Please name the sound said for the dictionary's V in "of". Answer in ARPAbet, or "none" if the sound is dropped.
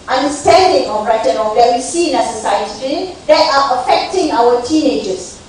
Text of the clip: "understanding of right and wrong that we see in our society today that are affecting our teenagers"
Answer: B